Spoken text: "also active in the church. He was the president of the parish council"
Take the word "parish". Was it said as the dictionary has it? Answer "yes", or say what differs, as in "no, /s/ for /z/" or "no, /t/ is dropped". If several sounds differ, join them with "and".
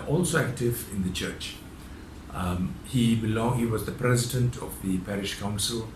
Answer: yes